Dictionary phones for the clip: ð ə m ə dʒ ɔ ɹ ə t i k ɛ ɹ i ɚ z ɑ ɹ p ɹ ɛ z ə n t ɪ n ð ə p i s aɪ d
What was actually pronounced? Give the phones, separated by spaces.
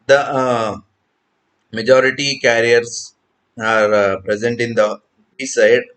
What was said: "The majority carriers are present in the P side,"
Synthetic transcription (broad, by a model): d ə m ə dʒ ɔ ɹ ə t i k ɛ ɹ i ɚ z ɑ ɹ p ɹ ɛ z ə n t ɪ n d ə b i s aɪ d